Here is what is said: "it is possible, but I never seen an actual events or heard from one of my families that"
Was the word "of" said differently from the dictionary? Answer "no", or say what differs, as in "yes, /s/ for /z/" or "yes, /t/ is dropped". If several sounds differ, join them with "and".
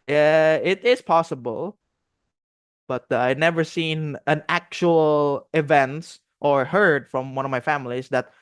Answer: no